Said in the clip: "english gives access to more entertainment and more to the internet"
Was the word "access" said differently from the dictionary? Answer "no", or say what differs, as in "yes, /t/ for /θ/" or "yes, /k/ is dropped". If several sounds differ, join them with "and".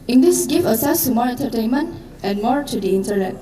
yes, /k/ is dropped